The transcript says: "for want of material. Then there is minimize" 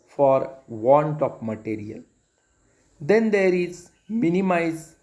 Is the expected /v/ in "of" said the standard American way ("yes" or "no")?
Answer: no